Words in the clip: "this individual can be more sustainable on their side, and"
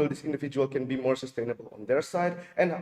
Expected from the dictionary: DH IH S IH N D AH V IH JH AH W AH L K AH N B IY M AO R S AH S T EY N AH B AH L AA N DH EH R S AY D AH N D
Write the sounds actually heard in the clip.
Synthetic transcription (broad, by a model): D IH S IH N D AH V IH JH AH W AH L K AH N B IY M AO R S AH S T EY N AH B AH L AA N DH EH R S AY D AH N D